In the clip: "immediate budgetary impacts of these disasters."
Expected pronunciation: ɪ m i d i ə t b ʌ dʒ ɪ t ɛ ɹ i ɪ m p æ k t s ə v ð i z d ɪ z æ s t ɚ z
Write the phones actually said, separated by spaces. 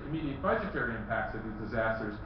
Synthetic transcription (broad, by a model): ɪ m i d i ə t b ʌ dʒ ɪ t ɛ ɹ i ɪ m p æ k t s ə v ð i z d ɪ z æ s t ɚ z